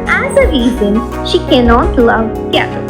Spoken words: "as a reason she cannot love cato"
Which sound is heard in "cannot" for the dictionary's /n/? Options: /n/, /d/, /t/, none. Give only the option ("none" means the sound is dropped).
/n/